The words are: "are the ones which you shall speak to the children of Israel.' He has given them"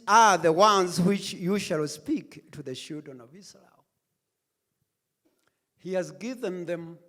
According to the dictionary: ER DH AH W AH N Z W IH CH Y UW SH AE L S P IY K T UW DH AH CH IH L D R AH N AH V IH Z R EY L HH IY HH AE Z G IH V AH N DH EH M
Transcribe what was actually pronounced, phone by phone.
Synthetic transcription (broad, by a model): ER DH AH W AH N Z W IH CH Y UW SH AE L S P IY K T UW DH AH SH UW D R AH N AH V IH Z R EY L HH IY HH AE Z G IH V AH N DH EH M